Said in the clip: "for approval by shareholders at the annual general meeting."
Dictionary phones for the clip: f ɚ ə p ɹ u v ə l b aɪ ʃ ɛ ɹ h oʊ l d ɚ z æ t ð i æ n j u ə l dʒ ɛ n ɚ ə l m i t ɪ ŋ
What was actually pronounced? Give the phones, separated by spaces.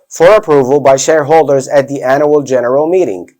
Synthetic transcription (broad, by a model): f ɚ ə p ɹ u v ə l b aɪ ʃ ɛ ɹ h oʊ l d ɚ z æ t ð i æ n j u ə l dʒ ɛ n ɚ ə l m i t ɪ ŋ